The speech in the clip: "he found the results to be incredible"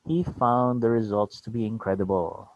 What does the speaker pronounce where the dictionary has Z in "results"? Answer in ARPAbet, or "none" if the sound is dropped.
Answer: Z